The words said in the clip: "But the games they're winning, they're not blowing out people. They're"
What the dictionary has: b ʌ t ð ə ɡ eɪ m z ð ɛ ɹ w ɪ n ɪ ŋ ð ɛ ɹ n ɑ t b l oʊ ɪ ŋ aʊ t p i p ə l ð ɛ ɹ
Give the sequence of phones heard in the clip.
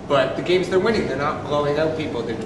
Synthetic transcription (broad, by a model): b ʌ t ð ə ɡ eɪ m z ð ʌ ɹ w ɪ n ɪ ŋ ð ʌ ɹ n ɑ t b l oʊ ɪ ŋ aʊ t p i p l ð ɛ ɹ